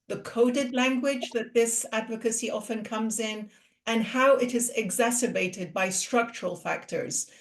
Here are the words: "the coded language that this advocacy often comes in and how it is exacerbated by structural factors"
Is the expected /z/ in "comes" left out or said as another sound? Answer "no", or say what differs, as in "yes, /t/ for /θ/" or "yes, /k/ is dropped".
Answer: no